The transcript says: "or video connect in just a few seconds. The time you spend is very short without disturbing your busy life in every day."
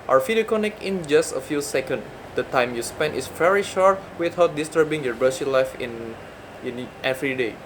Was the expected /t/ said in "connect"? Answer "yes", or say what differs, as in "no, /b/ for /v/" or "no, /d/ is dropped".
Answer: no, /t/ is dropped